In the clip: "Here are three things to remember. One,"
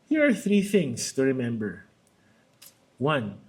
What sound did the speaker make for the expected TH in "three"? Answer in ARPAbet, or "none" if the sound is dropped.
TH